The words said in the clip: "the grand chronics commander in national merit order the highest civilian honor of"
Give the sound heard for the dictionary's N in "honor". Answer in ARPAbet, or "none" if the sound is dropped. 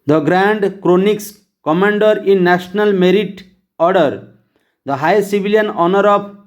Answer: N